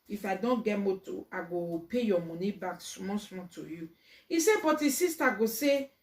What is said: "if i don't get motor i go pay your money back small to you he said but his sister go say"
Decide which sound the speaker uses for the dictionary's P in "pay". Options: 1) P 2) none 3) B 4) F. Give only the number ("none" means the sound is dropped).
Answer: 1